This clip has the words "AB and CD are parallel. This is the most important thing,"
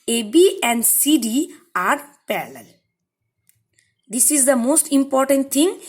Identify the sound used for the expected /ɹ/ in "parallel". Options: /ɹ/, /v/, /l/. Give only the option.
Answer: /l/